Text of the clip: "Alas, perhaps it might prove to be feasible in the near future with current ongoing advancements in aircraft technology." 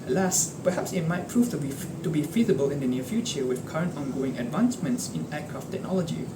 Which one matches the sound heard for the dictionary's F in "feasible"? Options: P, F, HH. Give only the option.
F